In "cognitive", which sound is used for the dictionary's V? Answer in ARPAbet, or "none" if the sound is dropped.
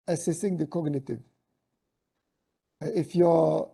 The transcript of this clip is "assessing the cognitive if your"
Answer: V